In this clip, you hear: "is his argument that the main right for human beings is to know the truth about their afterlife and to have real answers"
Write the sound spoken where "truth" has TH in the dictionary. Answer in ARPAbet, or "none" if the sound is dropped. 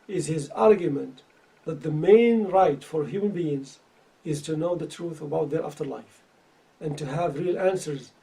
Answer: TH